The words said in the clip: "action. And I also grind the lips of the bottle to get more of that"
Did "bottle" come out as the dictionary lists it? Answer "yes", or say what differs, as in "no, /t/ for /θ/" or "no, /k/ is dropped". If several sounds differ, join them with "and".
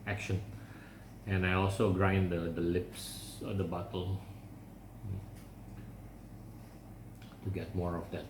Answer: yes